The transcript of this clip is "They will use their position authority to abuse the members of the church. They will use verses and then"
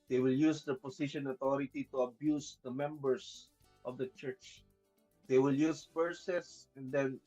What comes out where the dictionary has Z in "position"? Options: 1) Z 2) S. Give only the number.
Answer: 2